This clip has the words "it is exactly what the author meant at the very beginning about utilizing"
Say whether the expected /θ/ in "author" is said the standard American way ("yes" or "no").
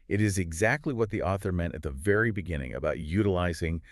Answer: yes